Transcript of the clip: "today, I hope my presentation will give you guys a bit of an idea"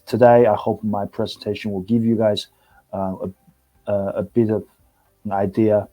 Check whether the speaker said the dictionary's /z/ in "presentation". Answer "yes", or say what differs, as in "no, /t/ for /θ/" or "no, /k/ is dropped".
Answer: yes